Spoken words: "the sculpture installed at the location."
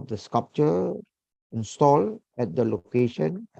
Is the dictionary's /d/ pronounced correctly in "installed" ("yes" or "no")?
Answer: no